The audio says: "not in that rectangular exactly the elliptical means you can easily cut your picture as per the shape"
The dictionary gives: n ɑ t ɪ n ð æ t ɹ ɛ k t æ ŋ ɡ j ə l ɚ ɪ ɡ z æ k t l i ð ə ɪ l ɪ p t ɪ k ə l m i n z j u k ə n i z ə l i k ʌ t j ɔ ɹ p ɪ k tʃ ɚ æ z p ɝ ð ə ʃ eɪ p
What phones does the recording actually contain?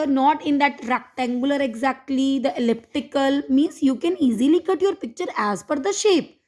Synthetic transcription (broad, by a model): n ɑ t ɪ n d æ t ɹ ɛ k t æ ŋ ɡ j ə l ɚ ɪ ɡ z æ k t l i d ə ɪ l ɪ p t ɪ k ə l m i n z j u k ə n i z ə l i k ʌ t j ɔ ɹ p ɪ k tʃ ɚ æ z f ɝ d ə ʃ eɪ p